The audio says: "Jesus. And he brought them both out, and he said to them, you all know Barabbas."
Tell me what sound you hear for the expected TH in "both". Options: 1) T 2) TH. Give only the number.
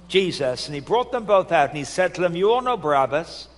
2